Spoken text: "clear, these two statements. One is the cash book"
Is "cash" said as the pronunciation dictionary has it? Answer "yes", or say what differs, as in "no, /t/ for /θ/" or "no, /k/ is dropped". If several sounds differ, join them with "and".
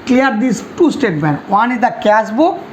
no, /s/ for /ʃ/